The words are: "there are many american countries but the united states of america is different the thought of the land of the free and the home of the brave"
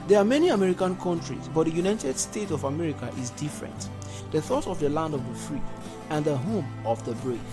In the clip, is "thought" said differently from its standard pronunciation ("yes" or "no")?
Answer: no